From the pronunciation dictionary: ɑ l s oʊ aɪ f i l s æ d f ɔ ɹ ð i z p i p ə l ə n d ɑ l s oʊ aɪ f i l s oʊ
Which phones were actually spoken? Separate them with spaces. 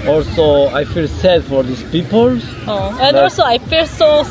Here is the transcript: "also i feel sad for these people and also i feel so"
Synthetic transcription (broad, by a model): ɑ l s oʊ aɪ f i l s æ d f ɔ ɹ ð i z p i p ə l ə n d ɑ l s oʊ aɪ f i l s oʊ